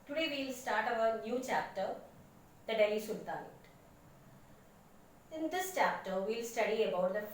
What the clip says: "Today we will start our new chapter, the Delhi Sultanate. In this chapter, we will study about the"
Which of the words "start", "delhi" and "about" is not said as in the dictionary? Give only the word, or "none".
delhi